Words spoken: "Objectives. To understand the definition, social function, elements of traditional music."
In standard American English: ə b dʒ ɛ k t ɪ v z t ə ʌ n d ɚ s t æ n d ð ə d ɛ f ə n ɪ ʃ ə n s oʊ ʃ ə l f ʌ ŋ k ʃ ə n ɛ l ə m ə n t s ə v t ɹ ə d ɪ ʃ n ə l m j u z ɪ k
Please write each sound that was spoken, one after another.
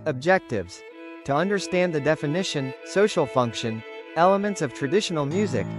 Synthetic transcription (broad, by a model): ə b dʒ ɛ k t ɪ v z t ə ʌ n d ɚ s t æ n ð ə d ɛ f ə n ɪ ʃ ə n s oʊ ʃ l f ʌ ŋ k ʃ ə n ɛ l ə m ə n t s ə v t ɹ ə d ɪ ʃ n l m j u z ɪ k